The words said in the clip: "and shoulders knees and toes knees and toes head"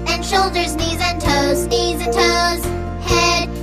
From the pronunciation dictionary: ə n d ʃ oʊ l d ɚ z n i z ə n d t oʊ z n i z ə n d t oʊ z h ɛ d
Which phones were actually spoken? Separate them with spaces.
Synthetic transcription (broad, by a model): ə n ʃ oʊ l d ɚ z n i z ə n t oʊ z n i z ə n t oʊ z h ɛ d